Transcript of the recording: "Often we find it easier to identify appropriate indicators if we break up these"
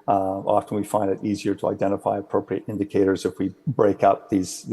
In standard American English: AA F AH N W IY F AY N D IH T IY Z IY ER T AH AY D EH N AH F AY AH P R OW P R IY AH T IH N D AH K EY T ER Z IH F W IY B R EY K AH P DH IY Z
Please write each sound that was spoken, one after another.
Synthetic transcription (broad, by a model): AA F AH N W IY F AY N D IH T IY Z IY ER T AH AY D EH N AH F AY AH P R OW P R IY AH T IH N D AH K EY T ER Z IH F W IY B R EY K AH P DH IY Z